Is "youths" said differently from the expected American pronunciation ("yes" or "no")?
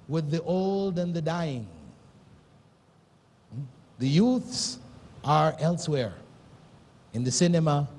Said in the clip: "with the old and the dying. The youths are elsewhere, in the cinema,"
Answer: no